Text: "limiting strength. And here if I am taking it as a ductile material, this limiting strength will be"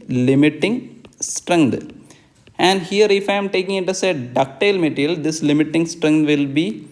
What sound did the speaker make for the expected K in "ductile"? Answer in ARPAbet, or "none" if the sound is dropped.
K